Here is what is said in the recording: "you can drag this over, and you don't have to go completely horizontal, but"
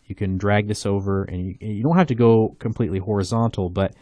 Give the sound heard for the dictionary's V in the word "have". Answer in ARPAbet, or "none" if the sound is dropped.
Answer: F